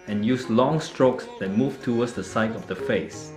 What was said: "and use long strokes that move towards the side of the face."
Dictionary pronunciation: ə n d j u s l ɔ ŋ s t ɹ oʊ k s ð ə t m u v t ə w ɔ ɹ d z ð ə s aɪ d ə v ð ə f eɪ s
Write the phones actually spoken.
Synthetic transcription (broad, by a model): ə n j u s l ɔ ŋ s t ɹ oʊ k s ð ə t m u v t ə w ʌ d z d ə s aɪ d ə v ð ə f eɪ s